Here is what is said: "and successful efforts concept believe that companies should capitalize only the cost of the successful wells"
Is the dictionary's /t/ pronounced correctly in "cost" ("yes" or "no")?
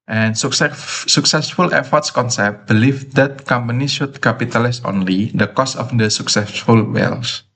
no